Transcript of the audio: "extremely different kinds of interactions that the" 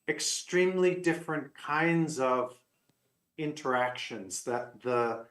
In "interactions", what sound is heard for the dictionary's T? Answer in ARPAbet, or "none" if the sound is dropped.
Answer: T